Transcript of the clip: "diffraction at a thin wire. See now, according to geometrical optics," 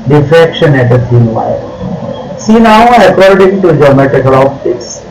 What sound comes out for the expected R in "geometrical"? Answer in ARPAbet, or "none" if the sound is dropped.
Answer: none